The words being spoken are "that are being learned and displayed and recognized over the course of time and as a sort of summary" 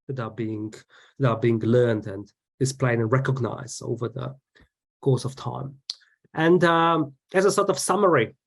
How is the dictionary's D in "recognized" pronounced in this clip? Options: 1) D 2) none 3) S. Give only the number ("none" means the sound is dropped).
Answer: 2